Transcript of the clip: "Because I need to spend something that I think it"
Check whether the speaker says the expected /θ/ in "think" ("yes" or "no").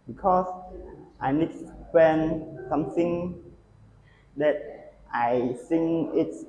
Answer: no